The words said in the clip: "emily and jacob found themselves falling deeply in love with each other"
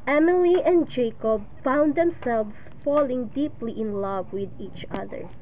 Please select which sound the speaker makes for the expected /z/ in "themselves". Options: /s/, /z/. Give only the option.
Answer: /s/